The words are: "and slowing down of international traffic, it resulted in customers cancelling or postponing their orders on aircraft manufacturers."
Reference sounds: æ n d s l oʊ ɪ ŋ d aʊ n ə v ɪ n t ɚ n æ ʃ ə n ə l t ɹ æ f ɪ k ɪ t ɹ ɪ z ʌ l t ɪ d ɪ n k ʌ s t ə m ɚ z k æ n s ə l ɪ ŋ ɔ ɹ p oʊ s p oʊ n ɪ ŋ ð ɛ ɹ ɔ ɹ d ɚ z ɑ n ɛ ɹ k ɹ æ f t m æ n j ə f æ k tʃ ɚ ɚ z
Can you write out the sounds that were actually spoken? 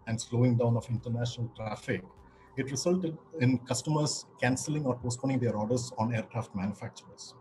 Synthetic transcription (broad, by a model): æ n d s l oʊ ɪ ŋ d aʊ n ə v ɪ n t ɚ n æ ʃ ə n ə l t ɹ æ f ɪ k ɪ t ɹ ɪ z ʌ l t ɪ d ɪ n k ʌ s t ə m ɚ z k æ n s ə l ɪ ŋ ɔ ɹ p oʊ s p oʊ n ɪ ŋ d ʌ ɹ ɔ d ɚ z ɑ n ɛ ɹ k ɹ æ f t m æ n j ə f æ k tʃ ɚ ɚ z